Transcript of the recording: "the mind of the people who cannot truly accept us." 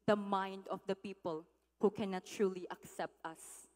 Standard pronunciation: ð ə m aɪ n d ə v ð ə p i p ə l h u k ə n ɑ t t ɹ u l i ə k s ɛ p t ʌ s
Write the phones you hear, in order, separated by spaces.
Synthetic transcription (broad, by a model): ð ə m aɪ n d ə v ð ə p i p ə l h u k ə n ɑ t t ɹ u l i ə k s ɛ p t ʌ s